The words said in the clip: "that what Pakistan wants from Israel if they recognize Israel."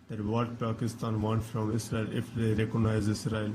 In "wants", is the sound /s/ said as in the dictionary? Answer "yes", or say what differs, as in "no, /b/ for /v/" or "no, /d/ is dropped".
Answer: no, /s/ is dropped